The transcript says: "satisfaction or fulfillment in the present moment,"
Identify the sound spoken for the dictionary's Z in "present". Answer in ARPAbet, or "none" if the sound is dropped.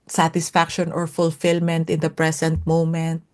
S